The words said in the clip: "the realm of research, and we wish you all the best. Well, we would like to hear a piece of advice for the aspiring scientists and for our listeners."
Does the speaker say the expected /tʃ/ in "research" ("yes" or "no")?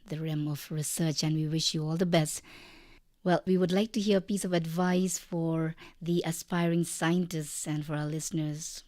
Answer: yes